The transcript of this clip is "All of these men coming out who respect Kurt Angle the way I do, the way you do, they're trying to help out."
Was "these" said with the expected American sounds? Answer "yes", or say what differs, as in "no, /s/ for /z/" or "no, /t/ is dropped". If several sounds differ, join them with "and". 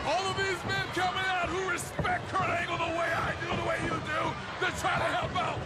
yes